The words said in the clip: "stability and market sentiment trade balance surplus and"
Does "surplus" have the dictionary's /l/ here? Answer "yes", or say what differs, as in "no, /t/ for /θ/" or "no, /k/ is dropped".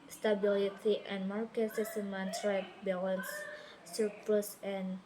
no, /l/ is dropped